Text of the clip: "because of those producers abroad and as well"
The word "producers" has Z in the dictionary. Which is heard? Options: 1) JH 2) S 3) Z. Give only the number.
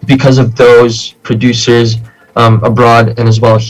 3